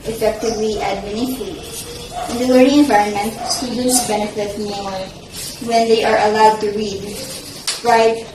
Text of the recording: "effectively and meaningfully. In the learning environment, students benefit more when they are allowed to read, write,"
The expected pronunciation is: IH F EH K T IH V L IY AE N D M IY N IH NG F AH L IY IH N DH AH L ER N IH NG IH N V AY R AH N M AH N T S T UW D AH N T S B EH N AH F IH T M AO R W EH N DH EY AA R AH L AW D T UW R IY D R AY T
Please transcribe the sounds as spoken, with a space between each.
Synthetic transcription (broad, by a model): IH F EH K T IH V L IY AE D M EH N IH F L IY IH N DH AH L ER IH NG IH N V AY R AH N M AH N T S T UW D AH N T S B EH N AH F IH T M AO R W EH N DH EY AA R AH L AW D T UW R IY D R AY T